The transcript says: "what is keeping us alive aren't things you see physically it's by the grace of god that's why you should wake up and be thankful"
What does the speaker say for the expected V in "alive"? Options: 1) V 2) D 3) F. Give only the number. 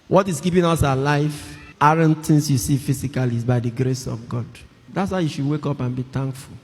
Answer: 3